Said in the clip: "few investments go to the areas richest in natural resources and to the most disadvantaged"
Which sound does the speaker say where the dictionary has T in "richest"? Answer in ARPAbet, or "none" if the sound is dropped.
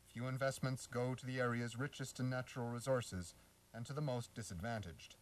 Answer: T